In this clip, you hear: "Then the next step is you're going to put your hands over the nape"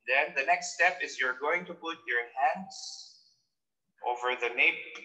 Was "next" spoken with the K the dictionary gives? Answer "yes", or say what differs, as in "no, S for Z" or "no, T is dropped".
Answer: yes